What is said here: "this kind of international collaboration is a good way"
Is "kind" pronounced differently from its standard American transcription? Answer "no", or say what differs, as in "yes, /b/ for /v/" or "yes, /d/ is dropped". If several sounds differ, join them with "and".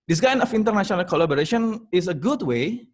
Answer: yes, /d/ is dropped